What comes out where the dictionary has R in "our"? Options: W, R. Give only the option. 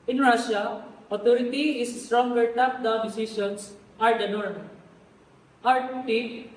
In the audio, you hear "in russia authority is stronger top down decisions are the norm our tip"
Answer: R